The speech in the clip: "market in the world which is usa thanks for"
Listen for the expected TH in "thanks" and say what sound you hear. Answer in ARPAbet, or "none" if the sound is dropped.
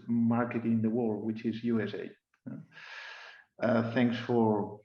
TH